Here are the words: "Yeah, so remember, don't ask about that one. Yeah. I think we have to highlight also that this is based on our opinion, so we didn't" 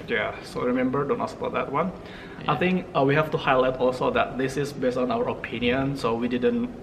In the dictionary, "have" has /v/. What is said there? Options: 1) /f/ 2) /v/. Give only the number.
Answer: 1